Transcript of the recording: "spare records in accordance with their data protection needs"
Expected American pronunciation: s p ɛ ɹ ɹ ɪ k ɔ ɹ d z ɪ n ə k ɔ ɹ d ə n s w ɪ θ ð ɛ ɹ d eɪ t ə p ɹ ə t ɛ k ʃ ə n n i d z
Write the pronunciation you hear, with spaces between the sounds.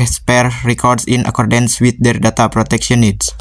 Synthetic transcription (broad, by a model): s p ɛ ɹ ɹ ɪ k ɔ ɹ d s ɪ n ə k ɔ ɹ d ə n s w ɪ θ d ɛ ɹ d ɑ t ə p ɹ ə t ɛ k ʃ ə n n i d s